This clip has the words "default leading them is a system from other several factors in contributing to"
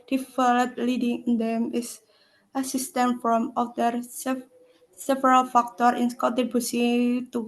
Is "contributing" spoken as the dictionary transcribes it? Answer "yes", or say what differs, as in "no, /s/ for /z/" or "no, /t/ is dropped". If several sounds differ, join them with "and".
no, /n/ is dropped and /ɹ/ is dropped and /s/ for /t/